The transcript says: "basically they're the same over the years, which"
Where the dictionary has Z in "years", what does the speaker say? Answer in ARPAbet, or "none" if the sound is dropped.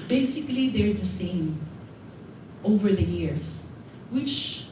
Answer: S